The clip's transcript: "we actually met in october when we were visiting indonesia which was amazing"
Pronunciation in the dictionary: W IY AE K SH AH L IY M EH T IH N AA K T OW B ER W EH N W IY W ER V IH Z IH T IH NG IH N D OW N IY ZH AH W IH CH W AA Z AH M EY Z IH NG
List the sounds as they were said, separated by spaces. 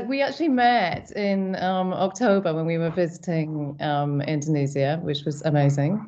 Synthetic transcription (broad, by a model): W IY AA K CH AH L IY M EH T IH N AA K T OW B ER W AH N W IY W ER V IH Z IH T IH NG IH N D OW N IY Z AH W IH CH W AA Z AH M EY Z IH NG